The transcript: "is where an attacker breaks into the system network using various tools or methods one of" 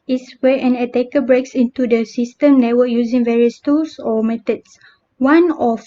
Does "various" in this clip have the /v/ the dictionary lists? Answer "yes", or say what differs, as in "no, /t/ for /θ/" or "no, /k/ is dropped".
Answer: yes